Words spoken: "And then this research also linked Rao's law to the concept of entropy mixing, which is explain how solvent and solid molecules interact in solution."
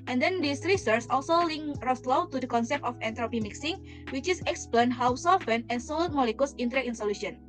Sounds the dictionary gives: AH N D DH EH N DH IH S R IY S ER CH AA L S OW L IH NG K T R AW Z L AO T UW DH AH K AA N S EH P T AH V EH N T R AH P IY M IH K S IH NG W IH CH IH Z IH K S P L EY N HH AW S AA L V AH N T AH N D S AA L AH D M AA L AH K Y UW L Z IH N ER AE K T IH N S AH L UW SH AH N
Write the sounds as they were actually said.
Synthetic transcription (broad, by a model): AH N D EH N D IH S R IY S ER S AA L S OW L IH NG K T R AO S L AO T UW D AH K AA N S EH P T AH F EH N T R AH P IY M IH K S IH NG W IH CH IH S IH K S P L EY N HH AW S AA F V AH N AH N S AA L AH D M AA L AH K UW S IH N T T IH N S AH L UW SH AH N